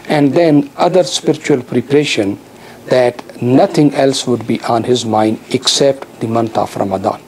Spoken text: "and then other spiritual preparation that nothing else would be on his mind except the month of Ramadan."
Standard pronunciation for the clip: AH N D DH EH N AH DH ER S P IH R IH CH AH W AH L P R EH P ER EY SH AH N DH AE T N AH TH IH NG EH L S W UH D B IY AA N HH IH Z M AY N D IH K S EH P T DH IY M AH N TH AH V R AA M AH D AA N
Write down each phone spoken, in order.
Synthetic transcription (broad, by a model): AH N D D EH N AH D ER S P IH R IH CH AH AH L P R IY P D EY SH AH N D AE T N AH T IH NG EH L S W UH D B IY AA N HH IH Z M AY N D IH K S EH P T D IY M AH N T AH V R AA M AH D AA N